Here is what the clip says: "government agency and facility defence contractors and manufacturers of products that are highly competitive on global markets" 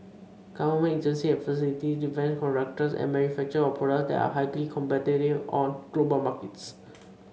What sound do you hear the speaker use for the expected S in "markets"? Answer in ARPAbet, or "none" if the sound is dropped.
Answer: S